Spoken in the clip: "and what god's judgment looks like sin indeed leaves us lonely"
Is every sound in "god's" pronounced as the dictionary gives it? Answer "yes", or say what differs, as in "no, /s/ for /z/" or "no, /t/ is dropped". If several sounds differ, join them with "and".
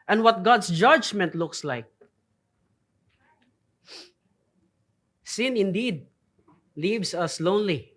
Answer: no, /s/ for /z/